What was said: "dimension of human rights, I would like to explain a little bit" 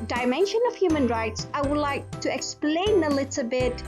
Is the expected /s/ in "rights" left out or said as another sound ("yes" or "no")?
no